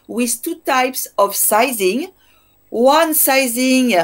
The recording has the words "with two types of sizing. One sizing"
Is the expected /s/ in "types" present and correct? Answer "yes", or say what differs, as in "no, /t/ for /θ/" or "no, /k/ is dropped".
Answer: yes